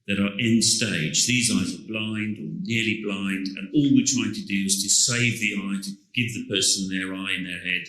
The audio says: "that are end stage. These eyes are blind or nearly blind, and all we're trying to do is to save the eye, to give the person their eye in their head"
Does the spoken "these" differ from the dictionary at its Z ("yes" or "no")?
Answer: no